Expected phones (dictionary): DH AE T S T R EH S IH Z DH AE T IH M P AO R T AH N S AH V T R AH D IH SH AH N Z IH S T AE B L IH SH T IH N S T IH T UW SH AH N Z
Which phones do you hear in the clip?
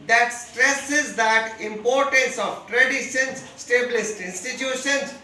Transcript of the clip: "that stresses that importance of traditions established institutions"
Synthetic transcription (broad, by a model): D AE T S T R EH S IH Z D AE T IH M P AO R T AH N S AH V T R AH D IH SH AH N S S T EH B L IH S T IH N S T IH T UW SH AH N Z